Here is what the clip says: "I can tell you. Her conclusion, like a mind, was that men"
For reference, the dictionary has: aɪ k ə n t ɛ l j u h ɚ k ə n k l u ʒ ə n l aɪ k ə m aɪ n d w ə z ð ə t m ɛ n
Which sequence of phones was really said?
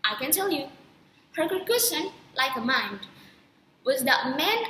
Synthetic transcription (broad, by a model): aɪ k ə n t ɛ l j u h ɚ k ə k u ʃ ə n l aɪ k ə m aɪ n d w ə z ð ə t m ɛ n